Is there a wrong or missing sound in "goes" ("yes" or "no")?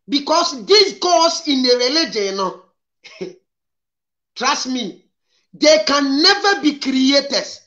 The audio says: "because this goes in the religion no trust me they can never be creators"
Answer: yes